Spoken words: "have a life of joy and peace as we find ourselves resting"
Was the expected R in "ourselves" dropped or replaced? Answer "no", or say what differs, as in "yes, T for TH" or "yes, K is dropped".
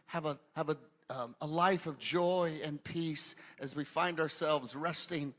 no